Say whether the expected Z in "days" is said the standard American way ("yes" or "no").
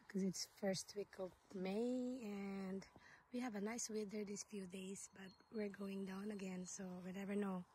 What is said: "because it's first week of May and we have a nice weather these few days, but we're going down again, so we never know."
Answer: no